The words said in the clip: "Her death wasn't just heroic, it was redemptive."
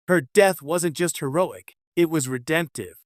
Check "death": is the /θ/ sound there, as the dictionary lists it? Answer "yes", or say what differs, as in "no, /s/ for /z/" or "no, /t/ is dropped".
yes